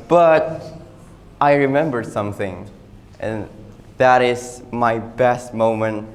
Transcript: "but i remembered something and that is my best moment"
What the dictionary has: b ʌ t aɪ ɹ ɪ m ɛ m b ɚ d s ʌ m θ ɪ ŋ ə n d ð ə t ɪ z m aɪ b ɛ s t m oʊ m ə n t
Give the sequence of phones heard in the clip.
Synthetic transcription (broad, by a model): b ʌ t aɪ ɹ ɪ m ɛ m b ɚ d s ʌ m θ ɪ ŋ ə n ð ə t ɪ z m aɪ b ɛ s t m oʊ m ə n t